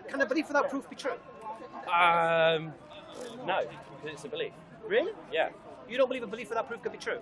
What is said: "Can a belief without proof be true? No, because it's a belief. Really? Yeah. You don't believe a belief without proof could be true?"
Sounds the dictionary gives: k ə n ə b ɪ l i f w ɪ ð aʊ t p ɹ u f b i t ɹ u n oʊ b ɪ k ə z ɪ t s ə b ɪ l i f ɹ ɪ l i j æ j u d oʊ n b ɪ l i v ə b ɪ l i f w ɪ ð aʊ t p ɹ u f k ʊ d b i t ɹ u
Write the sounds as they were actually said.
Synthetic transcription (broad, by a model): k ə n ə b ɪ l i f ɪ ð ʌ t p ɹ u f b i t ɹ u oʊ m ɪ ə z ɪ t s ə b ɪ l i f ɹ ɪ l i j æ j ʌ d oʊ n b ɪ l i v ə b ɪ l i f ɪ ð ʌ t p ɹ u f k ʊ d b i t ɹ u